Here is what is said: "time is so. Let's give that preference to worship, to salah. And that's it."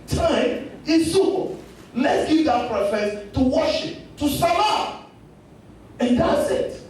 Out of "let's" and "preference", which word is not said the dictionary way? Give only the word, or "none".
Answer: preference